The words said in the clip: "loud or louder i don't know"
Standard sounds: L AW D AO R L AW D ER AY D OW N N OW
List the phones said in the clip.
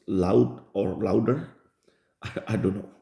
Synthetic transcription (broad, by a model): L AW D AO R L AW D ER AY D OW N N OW